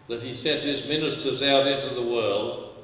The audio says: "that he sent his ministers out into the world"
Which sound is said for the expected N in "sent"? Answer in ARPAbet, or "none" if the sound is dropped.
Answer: none